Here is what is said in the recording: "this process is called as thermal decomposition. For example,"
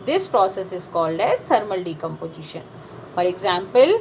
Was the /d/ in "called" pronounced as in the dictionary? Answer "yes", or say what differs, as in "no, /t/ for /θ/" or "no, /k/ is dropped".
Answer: yes